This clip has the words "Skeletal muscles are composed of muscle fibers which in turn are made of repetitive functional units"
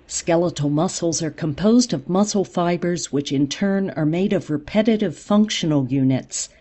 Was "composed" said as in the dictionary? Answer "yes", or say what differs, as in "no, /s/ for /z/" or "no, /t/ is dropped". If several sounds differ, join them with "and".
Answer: yes